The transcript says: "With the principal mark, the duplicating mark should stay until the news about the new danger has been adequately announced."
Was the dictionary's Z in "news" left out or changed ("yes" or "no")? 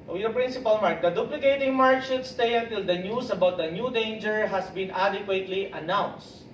yes